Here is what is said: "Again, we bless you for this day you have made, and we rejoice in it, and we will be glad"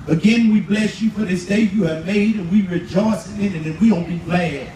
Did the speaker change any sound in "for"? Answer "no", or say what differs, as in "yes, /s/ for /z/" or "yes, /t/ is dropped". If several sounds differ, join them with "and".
no